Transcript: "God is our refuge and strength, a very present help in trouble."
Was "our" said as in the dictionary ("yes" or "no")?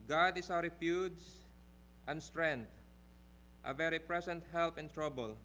no